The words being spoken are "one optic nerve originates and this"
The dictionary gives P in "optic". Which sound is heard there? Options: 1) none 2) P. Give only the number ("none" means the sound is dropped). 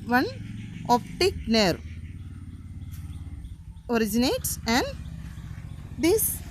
2